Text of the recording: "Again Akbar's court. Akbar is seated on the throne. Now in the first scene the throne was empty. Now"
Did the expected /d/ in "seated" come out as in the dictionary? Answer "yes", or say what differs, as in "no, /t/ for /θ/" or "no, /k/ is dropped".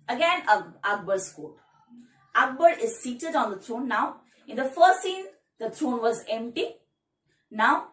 yes